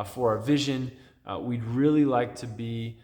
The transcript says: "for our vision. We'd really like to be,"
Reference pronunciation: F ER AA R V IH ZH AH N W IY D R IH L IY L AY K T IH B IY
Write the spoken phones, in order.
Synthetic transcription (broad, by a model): F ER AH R V IH ZH AH N W IY D R IH L IY L AY K T IH B IY